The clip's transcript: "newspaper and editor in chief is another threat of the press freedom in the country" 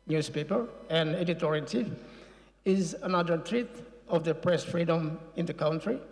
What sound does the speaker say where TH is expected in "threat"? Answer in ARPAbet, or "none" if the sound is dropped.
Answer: T